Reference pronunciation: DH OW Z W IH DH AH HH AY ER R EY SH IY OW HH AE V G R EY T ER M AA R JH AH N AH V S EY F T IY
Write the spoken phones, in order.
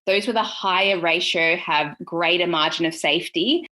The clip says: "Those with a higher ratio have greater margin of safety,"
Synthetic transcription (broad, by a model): DH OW Z W IH DH AH HH AY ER R EY SH IY OW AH V G R EY T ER M AA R JH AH N AH V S EY F T IY